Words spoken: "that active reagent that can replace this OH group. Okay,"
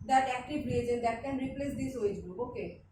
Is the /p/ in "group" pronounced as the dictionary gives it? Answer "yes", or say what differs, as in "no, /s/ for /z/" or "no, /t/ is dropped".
no, /p/ is dropped